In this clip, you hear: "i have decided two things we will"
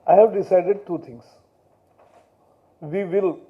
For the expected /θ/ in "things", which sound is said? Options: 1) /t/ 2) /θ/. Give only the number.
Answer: 1